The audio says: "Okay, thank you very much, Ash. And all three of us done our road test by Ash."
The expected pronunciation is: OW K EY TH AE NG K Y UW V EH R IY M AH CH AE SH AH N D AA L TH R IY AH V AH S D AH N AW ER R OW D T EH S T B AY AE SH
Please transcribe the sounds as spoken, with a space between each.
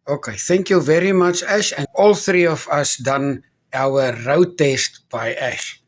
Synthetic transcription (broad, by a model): OW K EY TH AE NG K Y UW V EH R IY M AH CH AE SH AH N AA L TH R IY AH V AH S D AH N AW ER R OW T EH S T B AY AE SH